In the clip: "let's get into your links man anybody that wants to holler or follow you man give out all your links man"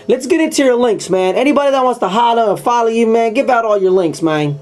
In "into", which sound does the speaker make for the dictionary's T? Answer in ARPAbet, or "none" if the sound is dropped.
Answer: T